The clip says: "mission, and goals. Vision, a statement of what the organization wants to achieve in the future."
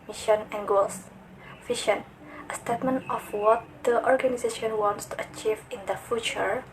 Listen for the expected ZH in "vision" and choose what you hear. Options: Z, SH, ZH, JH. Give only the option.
SH